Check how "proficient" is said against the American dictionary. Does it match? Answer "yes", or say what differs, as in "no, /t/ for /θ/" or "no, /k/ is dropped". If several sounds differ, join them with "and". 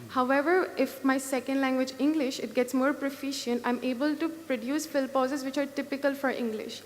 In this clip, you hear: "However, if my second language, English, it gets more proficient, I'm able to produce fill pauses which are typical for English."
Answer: yes